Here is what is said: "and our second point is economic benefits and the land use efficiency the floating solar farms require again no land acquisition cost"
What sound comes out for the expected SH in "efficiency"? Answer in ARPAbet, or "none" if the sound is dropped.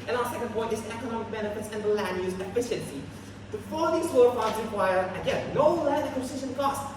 SH